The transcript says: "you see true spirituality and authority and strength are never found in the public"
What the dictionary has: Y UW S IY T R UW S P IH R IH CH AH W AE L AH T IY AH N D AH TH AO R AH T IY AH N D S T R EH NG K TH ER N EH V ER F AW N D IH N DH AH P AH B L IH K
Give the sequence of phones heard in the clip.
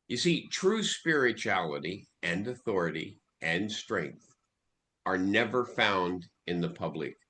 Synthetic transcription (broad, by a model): Y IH S IY T R UW S P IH R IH CH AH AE L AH T IY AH N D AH TH AO R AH T IY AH N S T R EH NG K TH ER N EH V ER F AW N D IH N DH AH P AH B L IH K